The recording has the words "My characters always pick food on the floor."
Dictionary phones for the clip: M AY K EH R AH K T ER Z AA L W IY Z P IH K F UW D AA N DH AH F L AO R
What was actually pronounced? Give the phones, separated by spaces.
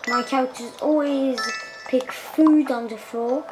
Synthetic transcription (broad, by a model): M AY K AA AH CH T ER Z AA L W IY Z P IH K F UW D N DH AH F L AO